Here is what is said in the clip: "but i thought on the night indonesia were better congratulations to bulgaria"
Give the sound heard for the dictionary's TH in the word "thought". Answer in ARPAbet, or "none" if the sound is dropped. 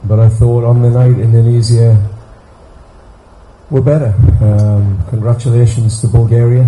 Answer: TH